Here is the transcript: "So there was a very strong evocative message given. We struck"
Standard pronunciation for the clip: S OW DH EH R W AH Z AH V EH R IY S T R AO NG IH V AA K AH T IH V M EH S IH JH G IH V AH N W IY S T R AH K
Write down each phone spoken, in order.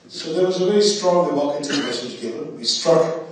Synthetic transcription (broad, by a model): S OW DH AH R W AH Z AH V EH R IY S T R AO NG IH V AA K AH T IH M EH S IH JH G IH V AH N W IY S T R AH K